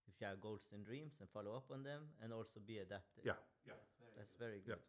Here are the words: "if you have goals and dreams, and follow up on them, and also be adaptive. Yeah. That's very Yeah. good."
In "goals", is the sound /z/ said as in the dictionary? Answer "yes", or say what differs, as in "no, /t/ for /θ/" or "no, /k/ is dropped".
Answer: no, /s/ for /z/